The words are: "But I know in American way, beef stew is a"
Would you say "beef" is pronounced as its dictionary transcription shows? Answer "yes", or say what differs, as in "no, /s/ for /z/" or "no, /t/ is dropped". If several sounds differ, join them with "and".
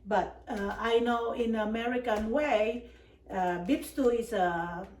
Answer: no, /p/ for /f/